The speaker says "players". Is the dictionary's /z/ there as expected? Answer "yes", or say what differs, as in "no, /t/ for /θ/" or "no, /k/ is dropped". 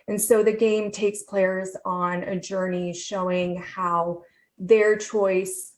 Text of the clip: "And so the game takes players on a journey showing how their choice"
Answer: yes